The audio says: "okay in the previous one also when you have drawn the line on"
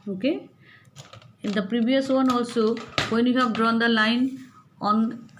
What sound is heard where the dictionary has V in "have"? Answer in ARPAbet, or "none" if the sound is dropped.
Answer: P